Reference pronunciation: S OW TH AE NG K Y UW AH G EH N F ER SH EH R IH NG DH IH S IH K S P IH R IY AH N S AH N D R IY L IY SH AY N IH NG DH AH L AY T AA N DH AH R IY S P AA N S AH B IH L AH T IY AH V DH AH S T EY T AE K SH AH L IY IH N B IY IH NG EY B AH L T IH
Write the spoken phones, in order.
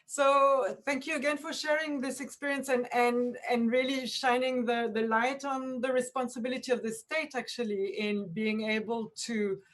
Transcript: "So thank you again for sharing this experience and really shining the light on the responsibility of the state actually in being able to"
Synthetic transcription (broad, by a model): S OW TH AE NG K Y UW AH G EH N F ER SH EH R IH NG DH IH S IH K S P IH R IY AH N S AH N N R IY L IY SH AY N IH NG DH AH L AY T N DH AH R IY S P AA N S AH B IH L AH T IY AH V DH AH S T EY T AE K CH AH L IY IH N B IY IH NG EY B AH L T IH